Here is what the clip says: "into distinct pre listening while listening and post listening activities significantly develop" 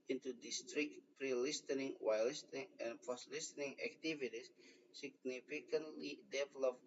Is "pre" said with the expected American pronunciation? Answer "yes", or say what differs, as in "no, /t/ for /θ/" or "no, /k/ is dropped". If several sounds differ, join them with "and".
yes